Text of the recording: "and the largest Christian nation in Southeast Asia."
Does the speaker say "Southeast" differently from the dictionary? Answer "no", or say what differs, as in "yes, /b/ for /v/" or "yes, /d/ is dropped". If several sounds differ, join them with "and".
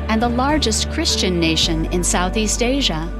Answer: no